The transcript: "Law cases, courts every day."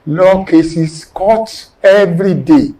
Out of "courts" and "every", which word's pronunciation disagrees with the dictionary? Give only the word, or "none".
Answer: courts